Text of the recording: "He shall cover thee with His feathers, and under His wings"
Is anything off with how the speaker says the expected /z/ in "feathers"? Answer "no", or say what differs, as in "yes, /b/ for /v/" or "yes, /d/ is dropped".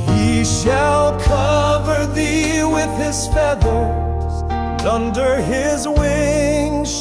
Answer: yes, /z/ is dropped